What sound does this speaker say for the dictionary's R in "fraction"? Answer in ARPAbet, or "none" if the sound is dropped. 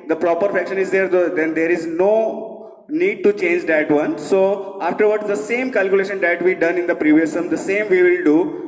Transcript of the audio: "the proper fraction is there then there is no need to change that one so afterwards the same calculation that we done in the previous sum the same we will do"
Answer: none